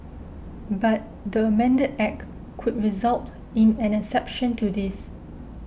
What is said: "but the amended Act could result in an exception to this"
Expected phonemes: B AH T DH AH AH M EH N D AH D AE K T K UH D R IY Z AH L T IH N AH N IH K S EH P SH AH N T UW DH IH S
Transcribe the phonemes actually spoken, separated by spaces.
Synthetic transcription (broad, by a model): B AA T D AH AH M EH N D AH D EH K K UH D R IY Z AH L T IH N AH N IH S EH P SH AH N T UW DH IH S